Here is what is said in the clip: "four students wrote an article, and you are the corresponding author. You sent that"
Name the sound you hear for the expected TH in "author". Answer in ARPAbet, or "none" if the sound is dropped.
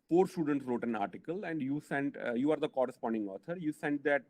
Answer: T